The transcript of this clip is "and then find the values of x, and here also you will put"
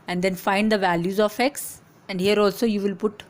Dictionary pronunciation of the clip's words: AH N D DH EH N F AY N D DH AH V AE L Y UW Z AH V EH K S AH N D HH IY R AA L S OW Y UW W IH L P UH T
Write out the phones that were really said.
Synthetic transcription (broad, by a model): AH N D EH N F AY N D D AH V AE L Y UW Z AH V EH K S AH N D HH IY R AA L S OW Y UW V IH L P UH T